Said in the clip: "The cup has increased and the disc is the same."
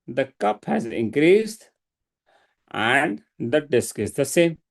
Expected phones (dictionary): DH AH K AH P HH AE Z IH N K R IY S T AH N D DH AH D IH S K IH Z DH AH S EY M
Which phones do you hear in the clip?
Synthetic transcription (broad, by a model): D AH K AH P HH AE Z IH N K R IY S T AH N D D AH D IH S K IH Z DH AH S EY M